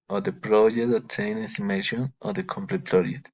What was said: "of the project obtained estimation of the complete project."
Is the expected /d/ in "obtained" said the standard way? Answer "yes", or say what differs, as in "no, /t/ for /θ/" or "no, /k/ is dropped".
no, /d/ is dropped